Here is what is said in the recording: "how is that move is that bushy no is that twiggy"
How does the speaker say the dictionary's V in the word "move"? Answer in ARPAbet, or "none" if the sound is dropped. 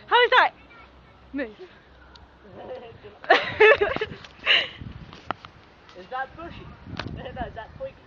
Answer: none